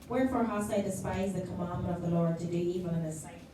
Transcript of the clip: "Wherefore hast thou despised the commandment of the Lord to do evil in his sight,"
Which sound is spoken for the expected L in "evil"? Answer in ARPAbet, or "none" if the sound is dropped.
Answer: N